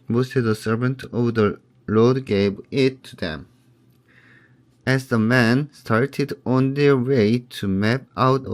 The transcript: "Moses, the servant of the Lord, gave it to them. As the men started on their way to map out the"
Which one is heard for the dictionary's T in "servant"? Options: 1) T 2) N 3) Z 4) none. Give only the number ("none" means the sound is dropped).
1